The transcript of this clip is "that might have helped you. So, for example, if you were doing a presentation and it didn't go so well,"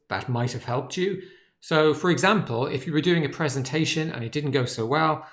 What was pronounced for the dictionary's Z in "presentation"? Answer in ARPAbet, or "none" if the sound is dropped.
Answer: Z